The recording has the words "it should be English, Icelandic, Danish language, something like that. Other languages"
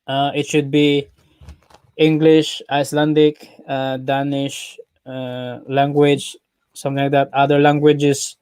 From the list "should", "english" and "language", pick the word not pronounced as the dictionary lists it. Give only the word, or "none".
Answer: none